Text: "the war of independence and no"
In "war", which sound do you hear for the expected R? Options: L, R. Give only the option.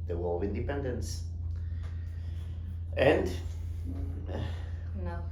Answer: L